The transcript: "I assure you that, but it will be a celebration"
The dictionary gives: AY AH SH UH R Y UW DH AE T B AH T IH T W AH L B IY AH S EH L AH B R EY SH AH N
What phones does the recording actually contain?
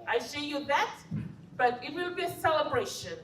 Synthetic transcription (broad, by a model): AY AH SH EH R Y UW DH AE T B AH T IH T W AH W B IY AH S EH L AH B R EY SH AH N